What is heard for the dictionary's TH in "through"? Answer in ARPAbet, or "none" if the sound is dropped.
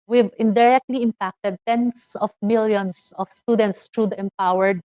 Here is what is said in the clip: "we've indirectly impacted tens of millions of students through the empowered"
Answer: T